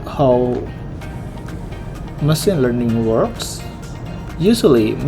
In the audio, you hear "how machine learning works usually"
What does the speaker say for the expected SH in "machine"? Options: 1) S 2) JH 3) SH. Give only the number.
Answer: 1